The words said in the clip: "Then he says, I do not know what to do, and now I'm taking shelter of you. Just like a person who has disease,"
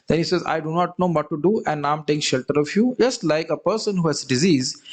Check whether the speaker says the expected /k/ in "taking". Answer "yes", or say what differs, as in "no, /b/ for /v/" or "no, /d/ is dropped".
no, /k/ is dropped